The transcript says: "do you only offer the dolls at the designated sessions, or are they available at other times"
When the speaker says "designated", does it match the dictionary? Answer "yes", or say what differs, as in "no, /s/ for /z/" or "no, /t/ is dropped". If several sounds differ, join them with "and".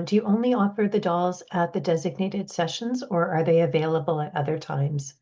yes